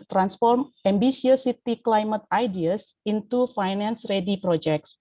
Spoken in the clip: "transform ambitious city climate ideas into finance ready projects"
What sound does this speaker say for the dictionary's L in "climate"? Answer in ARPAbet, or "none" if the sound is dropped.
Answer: L